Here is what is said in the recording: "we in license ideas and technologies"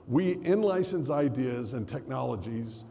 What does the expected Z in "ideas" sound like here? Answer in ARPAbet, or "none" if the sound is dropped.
Z